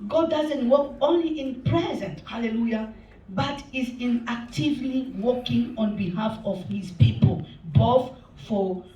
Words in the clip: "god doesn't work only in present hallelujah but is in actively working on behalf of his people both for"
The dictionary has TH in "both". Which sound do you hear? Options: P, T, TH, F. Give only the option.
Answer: F